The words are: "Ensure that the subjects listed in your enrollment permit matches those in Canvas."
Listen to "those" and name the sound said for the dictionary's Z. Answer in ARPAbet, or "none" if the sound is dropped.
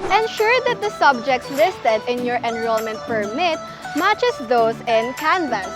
S